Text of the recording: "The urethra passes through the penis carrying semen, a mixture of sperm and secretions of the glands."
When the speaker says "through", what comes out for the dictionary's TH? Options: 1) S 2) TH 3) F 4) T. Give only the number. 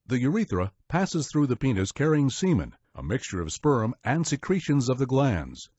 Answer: 2